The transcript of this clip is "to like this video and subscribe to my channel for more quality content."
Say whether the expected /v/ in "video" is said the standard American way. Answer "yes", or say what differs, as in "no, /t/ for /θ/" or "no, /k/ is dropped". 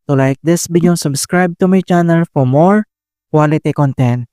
no, /b/ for /v/